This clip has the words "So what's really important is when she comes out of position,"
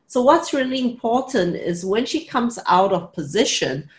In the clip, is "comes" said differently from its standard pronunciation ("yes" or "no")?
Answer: no